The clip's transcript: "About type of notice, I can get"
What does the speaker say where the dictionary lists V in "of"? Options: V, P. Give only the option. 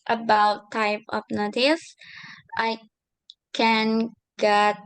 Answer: P